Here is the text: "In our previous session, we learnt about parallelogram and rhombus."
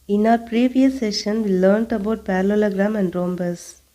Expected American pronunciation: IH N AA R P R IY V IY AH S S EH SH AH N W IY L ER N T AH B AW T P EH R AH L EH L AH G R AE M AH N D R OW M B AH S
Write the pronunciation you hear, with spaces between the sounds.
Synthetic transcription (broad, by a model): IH N AA R P R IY V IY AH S S EH SH AH N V IY L ER N T AH B AW T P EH R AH L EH L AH G R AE M AH N D R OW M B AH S